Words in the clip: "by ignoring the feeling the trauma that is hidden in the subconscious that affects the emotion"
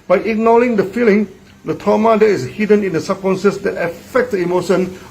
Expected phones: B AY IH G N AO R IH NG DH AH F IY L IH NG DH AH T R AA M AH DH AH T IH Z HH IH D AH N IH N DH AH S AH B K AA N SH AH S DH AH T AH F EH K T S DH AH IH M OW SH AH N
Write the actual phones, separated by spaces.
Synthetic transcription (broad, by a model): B AY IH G N AO L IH NG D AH F IY L IH NG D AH T AA M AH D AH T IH S HH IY D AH N IH N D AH S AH K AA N S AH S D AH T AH F EH K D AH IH M OW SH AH N